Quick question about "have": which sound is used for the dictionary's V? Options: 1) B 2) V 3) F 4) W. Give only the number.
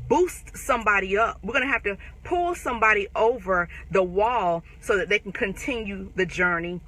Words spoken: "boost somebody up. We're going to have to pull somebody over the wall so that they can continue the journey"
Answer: 3